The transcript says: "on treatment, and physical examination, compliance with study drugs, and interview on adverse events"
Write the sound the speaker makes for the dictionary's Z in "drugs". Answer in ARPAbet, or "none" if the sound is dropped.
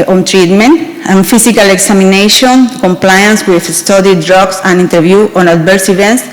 S